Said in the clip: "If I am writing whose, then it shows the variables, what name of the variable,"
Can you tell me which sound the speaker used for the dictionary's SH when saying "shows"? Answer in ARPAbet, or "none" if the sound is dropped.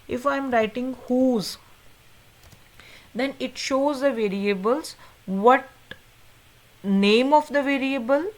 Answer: SH